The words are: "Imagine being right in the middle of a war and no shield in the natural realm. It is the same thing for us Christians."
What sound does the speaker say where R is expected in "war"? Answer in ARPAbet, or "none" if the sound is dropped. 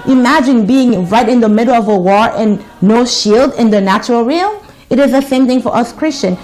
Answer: R